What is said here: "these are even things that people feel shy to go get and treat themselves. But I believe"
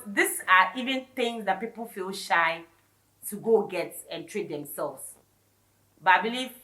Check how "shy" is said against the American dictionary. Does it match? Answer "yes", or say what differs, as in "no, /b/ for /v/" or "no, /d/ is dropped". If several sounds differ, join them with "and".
yes